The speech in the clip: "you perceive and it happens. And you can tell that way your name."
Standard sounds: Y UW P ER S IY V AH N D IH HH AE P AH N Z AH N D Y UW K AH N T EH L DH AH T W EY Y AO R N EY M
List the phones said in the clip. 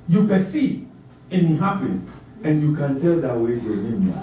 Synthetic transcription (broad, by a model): Y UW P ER S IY AH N IH HH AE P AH N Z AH N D Y UW K AH N T EH L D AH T W EY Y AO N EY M